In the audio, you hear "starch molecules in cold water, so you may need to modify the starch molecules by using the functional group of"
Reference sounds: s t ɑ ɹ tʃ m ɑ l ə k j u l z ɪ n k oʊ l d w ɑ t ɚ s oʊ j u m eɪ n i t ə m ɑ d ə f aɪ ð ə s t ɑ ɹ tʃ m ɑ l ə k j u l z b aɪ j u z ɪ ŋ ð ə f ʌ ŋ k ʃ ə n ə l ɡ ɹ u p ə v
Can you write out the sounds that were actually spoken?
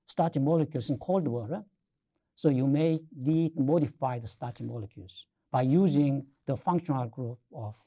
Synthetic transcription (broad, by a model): s t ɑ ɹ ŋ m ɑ l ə k j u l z ɪ n k oʊ l d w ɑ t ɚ s oʊ j u m eɪ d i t m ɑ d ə f aɪ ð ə s t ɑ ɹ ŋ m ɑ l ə k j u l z b aɪ j u z ɪ ŋ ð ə f ʌ ŋ k ʃ ə n ə l ɡ ɹ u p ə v